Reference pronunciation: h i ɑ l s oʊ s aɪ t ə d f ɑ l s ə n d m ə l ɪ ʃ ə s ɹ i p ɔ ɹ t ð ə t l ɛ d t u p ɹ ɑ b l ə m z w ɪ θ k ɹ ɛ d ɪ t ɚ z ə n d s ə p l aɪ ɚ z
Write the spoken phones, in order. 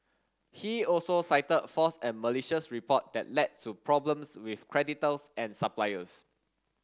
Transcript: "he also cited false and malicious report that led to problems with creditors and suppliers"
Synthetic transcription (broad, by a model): h i ɑ l s oʊ s aɪ t ə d f ɑ s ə n m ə l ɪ ʃ ə s ɹ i p ɔ t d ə t l ɛ d t u p ɹ ɑ b l ə m s w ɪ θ k ɹ ɛ d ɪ t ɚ s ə n s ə p l aɪ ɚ s